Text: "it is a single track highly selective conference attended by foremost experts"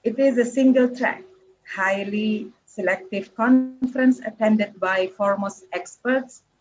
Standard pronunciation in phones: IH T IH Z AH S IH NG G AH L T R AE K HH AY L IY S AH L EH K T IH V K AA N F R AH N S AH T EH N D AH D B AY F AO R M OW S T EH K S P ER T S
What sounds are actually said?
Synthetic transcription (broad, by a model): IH T IH Z AH S IH NG G AH L T R AE K HH AY L IY S AH L EH K T IH V K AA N F R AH N S AH T EH N D AH D B AY F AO R M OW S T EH K S P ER T S